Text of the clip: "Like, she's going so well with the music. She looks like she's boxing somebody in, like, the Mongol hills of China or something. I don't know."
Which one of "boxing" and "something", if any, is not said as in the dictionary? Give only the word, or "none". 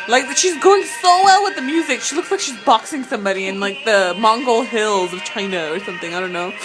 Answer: none